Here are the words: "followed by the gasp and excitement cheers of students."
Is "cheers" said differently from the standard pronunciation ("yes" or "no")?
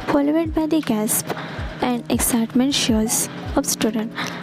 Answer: yes